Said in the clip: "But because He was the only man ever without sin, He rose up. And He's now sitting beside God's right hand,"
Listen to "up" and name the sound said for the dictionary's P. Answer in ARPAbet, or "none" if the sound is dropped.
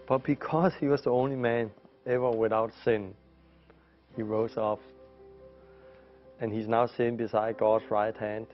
F